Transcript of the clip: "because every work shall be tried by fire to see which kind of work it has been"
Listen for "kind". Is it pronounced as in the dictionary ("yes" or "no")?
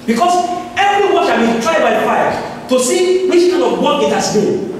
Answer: no